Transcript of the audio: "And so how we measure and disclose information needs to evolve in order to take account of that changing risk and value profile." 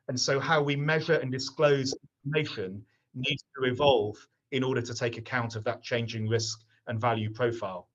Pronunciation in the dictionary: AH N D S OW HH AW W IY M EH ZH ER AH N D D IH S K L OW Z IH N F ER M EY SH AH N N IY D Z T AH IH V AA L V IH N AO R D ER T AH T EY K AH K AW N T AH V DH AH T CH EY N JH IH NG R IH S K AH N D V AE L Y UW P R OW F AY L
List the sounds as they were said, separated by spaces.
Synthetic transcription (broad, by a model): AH N S OW HH AW W IY M EH ZH ER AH N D D IH S K L OW Z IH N F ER M EY SH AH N N IY D Z T AH IH V AA L V IH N AO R D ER T AH T EY K AH K AW N T AH V DH AH T CH EY N JH IH NG R IH S K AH N V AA L Y UW P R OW F AY L